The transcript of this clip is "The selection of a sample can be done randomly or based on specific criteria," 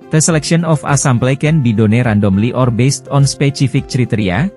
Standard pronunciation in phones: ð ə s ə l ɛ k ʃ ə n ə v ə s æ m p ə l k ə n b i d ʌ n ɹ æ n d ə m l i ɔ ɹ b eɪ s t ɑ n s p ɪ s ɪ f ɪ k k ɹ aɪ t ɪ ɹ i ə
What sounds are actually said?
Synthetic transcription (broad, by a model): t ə s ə l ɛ k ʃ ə n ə f ə s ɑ m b l k ə n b i d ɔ n ɹ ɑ n d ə m l i ɔ ɹ b eɪ s t ɑ n s p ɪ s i f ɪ k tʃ ɹ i t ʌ ɹ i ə